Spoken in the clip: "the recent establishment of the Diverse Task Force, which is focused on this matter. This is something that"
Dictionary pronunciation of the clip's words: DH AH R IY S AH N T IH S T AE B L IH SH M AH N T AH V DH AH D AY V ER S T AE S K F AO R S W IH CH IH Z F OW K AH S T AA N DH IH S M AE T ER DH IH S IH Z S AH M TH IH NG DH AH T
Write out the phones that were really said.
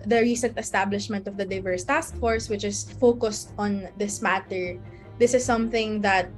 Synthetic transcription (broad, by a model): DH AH R IY S AH N T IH S T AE B L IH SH M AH N T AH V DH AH D AY V ER S T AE S K F AO R S W IH CH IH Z F OW K AH S T AA N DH IH S M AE T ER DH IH S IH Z S AH M TH IH NG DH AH T